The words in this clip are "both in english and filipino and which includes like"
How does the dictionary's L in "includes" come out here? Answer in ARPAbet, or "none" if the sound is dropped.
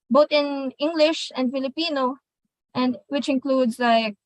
L